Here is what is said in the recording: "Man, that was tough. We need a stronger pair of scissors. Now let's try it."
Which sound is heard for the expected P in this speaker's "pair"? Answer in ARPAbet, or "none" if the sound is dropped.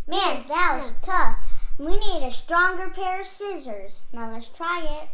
P